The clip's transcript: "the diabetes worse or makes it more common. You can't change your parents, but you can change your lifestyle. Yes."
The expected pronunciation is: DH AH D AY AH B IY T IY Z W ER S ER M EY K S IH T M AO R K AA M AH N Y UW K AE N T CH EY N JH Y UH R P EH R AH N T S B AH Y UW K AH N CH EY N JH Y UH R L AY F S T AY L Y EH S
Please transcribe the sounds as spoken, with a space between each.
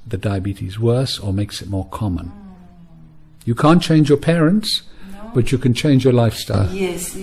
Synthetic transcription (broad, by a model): DH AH D AY AH B IY T IY Z W ER S ER M EY K S IH T M AO R K AA M AH N Y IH K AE N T CH EY N JH Y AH R P EH R AH N T S B AH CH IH K AH N CH EY N JH Y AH R L AY F S T AY L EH